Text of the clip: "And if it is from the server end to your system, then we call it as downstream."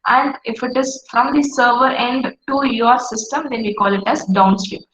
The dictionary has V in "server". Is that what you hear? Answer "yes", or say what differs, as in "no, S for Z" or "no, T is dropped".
yes